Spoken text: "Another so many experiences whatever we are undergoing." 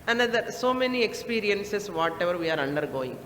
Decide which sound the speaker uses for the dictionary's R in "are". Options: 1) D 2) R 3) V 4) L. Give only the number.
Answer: 2